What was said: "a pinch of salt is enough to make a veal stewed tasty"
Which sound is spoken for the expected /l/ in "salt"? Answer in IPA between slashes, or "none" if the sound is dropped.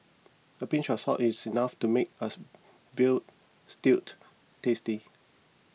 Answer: none